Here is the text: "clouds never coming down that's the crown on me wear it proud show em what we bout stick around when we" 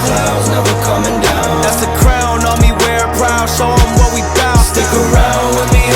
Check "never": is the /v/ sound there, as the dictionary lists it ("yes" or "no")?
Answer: no